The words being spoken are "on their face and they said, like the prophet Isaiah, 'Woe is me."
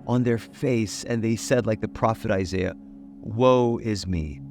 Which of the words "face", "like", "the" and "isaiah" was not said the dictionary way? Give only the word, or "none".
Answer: none